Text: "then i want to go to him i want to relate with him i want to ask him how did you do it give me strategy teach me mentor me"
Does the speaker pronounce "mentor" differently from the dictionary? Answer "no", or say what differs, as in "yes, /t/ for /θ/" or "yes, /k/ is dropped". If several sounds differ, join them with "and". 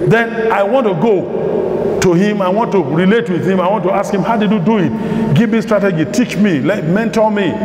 yes, /l/ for /ɹ/